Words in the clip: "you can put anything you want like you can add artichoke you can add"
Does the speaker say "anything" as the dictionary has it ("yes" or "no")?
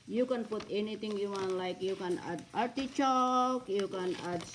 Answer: no